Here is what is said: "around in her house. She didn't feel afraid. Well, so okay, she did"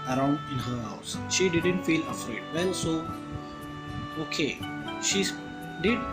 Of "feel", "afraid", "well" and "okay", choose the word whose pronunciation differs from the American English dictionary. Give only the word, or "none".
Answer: well